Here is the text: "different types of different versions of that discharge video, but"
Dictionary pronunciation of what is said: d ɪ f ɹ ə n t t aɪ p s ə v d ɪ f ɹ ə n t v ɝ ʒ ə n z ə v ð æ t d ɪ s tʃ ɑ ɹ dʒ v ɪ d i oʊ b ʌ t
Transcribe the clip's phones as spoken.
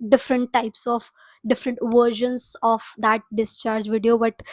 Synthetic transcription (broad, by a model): d ɪ f ɹ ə n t t aɪ p s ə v d ɪ f ɹ ə n t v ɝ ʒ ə n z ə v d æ t d ɪ s tʃ ɑ ɹ dʒ v ɪ d i oʊ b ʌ t